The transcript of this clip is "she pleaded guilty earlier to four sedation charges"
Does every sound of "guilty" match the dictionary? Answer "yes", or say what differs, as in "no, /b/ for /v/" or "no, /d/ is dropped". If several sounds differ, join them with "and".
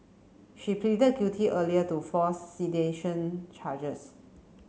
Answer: no, /l/ is dropped